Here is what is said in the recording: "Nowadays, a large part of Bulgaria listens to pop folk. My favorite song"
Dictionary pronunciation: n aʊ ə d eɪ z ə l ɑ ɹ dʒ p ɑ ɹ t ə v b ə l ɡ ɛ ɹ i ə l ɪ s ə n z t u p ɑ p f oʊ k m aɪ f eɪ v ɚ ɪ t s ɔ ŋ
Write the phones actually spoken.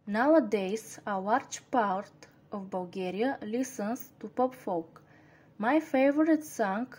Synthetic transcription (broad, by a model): n aʊ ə d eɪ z ə w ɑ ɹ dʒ p ɑ ɹ t ə v b ə l ɡ ɛ ɹ i ə l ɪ s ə n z t u p ɑ p f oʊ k m aɪ f eɪ v ɚ ɪ t s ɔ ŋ